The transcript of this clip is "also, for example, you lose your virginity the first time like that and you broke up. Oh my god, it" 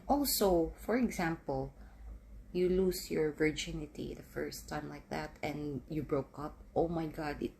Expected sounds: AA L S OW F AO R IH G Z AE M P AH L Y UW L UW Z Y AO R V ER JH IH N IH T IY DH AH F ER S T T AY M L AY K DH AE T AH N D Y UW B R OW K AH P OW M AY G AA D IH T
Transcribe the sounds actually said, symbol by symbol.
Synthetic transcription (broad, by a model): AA L S OW F AO R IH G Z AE M P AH L Y UW L UW S Y AO R V ER JH IH N IH T IY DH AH F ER S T T AY M L AY K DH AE T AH N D Y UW B R OW K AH P OW M AY G AA D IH T